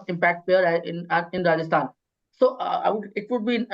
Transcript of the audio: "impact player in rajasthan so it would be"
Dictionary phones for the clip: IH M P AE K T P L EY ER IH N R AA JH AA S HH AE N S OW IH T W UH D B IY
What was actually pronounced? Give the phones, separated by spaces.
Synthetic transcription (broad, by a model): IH M P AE K T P EY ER IH N R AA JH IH S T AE N S OW IH T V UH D B IY